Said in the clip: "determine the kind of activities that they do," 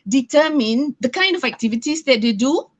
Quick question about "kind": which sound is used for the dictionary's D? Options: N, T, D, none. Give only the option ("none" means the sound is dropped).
D